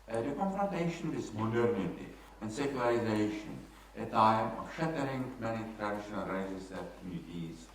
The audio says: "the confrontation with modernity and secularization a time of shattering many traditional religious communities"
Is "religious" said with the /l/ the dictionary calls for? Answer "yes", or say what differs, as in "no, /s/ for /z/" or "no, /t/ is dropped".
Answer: no, /l/ is dropped